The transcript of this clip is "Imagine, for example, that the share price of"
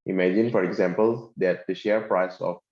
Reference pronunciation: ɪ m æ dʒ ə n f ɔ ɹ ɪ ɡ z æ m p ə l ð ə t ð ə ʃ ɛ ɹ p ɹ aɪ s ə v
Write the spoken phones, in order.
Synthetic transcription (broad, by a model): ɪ m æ dʒ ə n f ɔ ɹ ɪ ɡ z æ m p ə l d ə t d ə ʃ ɛ ɹ p ɹ aɪ s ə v